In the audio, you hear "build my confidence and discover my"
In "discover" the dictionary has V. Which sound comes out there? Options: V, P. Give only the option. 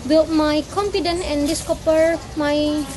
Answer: P